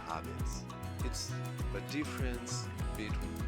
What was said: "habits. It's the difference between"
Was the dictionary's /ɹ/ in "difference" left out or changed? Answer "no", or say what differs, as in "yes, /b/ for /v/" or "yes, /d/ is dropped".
no